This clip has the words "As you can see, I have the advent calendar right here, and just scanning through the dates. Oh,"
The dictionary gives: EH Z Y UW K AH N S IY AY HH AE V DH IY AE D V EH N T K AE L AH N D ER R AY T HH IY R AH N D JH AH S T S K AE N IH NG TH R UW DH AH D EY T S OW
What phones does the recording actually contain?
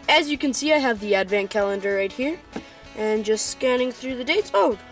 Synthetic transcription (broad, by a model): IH Z Y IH K AH N S IY AY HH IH V DH IY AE D V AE N K AE L AH N D ER R AY T HH IY R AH N JH AH S T S K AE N IH NG TH R UW DH AH D EY T S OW